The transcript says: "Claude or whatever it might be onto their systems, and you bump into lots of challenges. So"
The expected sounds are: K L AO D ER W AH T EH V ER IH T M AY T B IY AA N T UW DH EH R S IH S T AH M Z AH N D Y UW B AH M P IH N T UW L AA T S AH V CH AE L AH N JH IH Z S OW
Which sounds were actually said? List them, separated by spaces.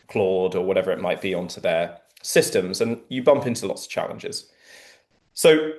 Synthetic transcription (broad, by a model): K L AO D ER W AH T EH V ER IH T M AY T B IY AA N T UW DH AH S IH S T AH M Z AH N Y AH B AH M P IH N T UW L AA T S AH V CH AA L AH N JH IH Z S OW